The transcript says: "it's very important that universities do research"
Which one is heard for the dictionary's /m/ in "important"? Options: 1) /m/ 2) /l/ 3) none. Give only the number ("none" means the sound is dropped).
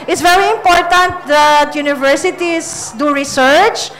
1